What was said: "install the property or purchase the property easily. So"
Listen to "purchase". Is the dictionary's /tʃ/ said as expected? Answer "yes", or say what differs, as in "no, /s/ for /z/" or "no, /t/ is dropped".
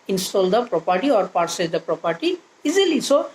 no, /s/ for /tʃ/